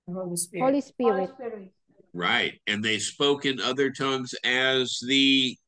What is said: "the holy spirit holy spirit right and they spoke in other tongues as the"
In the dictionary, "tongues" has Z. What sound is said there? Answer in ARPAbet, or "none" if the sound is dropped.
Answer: Z